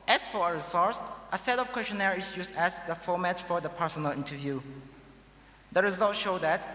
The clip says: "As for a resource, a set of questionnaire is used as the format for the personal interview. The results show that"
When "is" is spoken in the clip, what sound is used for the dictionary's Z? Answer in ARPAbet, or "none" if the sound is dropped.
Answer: S